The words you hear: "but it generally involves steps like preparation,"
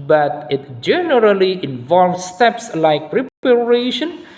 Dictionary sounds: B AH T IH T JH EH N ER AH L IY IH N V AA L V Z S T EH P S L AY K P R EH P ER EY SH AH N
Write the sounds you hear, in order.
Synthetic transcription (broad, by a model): B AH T IH T JH EH N ER AH L IY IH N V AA L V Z S T EH P S L AY K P R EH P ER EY SH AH N